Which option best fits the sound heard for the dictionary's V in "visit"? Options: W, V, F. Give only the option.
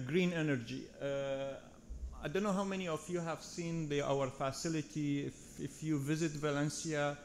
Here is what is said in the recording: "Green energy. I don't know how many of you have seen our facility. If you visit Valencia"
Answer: V